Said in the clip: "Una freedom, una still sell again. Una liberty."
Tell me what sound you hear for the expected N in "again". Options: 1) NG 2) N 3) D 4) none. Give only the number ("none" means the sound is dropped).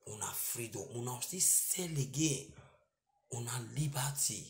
4